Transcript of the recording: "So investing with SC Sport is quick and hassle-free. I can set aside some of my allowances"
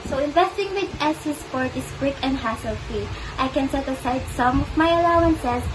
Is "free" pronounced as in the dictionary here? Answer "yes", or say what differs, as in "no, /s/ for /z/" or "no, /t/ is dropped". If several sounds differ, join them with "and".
no, /ɹ/ is dropped